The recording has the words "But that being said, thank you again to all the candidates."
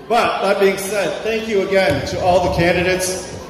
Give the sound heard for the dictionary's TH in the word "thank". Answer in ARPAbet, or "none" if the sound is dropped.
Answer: TH